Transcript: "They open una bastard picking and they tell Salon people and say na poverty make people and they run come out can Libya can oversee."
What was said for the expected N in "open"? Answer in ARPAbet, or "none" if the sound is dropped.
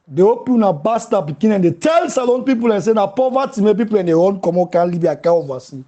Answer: none